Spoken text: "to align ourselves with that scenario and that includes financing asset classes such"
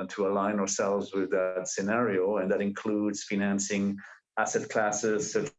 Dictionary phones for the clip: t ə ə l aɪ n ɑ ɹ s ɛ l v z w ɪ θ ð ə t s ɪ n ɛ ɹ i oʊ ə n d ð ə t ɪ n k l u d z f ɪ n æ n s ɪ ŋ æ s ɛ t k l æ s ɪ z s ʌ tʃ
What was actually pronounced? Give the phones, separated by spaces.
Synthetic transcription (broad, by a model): t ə ə l aɪ n ɑ ɹ s ɛ l v z w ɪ ð ə t s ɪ n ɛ ɹ i oʊ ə n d ð ə t ɪ n k l u d z f ɪ n æ n s ɪ ŋ æ s ɛ t k l æ s ɪ z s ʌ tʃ